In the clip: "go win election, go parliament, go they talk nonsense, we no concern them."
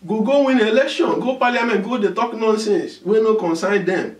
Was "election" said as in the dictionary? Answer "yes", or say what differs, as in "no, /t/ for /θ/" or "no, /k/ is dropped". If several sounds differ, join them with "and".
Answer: yes